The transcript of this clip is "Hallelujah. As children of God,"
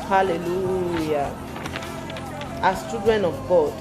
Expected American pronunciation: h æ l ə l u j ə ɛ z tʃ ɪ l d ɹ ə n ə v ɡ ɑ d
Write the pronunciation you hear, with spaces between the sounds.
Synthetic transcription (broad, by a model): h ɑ l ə l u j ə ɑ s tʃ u d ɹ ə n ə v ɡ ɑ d